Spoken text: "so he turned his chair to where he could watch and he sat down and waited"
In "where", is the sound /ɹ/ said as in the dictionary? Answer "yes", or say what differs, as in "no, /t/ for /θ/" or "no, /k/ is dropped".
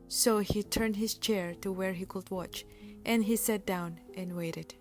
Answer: yes